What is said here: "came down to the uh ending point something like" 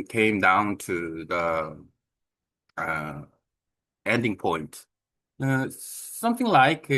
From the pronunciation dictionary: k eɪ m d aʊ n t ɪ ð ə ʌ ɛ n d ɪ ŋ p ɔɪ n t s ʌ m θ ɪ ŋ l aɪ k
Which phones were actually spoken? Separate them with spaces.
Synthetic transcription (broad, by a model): k eɪ m d aʊ n t ɪ ð ə ʌ ɛ n d ɪ ŋ p ɔɪ n t s ʌ m θ ɪ ŋ l aɪ k